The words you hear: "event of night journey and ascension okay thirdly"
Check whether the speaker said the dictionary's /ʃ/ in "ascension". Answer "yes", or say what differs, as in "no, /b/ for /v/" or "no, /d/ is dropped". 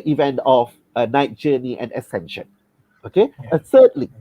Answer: yes